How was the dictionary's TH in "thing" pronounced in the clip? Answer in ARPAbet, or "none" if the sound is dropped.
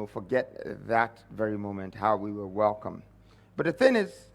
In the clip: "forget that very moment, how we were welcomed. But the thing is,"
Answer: TH